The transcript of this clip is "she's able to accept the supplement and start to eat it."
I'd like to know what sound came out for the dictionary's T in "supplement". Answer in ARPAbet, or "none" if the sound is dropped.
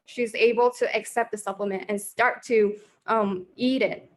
T